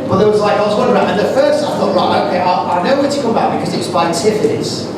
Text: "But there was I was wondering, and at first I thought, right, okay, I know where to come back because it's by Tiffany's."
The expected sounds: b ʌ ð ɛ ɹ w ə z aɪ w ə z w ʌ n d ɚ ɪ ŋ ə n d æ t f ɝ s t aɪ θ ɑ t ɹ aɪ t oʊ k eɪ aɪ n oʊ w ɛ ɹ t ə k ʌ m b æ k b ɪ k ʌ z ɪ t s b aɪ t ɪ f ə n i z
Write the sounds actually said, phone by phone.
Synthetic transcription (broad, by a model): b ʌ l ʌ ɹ w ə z aɪ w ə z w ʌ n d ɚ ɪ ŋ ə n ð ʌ f ɝ s t aɪ θ ɑ t ɹ aɪ t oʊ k eɪ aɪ n oʊ w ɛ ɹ t ə k ʌ m b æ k b ɪ k ʌ z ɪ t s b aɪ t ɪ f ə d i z